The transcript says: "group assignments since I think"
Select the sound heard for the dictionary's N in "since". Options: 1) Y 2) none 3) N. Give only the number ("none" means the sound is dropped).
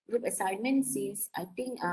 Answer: 2